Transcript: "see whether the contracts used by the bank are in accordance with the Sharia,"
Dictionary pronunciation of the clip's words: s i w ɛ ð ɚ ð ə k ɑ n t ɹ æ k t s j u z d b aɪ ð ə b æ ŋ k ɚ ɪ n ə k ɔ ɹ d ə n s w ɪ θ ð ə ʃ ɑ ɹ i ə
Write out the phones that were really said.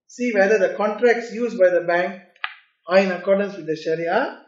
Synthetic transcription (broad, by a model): s i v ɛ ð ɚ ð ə k ɑ n t ɹ æ k t s j u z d b aɪ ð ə b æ ŋ k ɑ ɪ n ə k ɔ ɹ d ə n s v ɪ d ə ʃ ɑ ɹ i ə